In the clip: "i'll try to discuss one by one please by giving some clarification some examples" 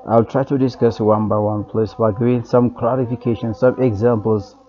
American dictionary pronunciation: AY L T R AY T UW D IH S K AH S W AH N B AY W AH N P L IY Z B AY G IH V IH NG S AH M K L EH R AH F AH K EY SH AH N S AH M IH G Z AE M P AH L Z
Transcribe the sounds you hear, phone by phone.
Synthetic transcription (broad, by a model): AY L T R AY T UW D IH S K AH S W AH N B AY W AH N P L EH S B AY G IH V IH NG S AH M K L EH R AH F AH K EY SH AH N S AH M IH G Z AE M P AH L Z